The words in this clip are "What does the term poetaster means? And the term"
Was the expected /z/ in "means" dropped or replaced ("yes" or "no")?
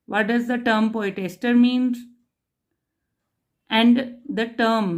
yes